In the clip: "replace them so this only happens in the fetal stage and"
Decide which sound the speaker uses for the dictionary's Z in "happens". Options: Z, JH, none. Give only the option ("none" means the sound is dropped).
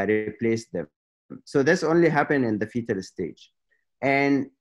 none